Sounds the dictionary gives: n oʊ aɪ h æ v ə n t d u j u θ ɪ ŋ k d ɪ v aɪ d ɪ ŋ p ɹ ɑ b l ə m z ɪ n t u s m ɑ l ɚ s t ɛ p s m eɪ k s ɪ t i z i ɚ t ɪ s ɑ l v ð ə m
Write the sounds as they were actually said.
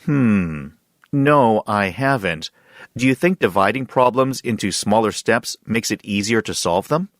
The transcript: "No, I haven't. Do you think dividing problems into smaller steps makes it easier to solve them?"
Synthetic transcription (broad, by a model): n oʊ aɪ h æ v ə n t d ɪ j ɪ θ ɪ ŋ k d ɪ v aɪ d ɪ ŋ p ɹ ɑ b l ə m z ɪ n t u s m ɑ l ɚ s t ɛ p s m eɪ k s ɪ t i z i ɚ t ɪ s ɑ l v ð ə m